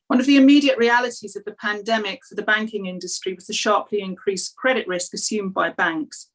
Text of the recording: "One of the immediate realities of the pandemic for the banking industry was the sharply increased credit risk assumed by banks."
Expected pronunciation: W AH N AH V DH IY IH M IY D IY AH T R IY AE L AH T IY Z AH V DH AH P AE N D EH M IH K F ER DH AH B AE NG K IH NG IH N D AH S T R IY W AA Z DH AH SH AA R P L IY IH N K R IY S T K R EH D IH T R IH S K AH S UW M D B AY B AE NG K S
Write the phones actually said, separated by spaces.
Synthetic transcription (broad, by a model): W AH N AH V DH IY IH M IY D IY AH T R IY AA L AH T IY Z AH V DH AH P AE N D EH M IH K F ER DH AH B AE NG K IH NG IH N D AH S T R IY W AA Z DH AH SH AA P L IY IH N K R IY S K R EH D IH T R IH S K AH S UW M B AY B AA NG K S